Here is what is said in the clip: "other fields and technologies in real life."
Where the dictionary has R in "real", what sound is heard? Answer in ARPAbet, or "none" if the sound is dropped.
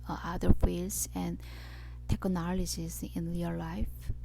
L